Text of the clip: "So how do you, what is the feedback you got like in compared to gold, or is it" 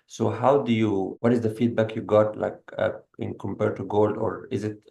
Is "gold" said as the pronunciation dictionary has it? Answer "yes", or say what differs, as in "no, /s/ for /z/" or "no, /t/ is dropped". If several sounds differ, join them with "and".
yes